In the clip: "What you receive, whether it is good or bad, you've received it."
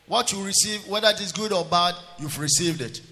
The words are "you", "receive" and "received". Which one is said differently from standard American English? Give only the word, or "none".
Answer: none